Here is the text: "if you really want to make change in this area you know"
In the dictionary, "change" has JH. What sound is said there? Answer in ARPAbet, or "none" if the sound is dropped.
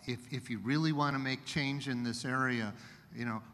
JH